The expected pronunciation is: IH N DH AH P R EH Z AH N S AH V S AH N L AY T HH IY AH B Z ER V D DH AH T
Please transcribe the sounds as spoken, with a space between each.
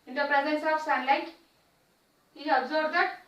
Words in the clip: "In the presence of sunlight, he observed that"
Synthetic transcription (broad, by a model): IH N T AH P R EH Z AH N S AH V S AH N L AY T HH IY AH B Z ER D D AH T